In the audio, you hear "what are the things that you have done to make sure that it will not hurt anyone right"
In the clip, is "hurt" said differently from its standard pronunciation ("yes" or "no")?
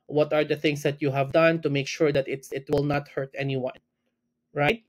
no